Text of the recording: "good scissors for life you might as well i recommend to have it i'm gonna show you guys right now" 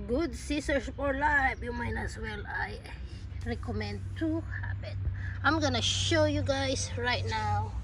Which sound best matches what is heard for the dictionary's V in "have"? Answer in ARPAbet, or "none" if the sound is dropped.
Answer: P